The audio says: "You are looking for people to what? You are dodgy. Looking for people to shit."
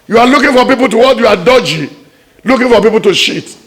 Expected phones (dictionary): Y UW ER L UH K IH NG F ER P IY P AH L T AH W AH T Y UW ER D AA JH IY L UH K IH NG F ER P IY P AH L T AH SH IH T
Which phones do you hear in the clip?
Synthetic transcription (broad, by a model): Y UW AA L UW K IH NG F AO P IY P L T AH W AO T Y UW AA D AA JH IY L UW K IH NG F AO P IY P AH L T AH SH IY T